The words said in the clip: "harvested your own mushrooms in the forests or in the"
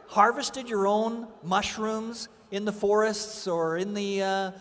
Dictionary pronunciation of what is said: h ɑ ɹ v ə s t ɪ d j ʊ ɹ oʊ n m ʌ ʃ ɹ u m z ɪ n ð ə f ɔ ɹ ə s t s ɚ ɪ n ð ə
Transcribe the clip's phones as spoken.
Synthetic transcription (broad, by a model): h ɑ ɹ v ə s t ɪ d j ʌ ɹ oʊ n m ʌ ʃ ɹ u m z ɪ n ð ə f ɔ ɹ ə s t s ɚ ɪ n ð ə